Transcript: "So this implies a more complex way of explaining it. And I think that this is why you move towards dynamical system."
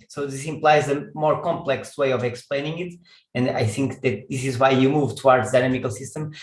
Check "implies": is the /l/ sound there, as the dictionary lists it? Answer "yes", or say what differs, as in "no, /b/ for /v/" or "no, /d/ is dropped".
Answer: yes